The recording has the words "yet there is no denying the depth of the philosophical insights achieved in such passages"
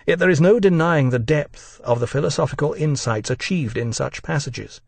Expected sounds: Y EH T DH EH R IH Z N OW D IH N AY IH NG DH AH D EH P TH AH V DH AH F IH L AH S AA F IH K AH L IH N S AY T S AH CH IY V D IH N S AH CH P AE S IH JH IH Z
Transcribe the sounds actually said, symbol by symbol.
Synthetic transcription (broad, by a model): Y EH T DH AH R IH Z N OW D IH N AY IH NG DH AH D EH P TH AH V DH AH F IH L AH S AA F IH K AH L IH N S AY T S AH CH IY V D IH N S AH CH P AE S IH JH IH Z